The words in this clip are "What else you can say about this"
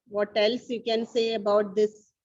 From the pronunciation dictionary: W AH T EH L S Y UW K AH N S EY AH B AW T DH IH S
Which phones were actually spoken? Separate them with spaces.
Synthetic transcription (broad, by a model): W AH T EH L S Y UW K AH N S EY AH B AW T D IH S